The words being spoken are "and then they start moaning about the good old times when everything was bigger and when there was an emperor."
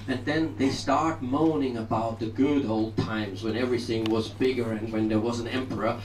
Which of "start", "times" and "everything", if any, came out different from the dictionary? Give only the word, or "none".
none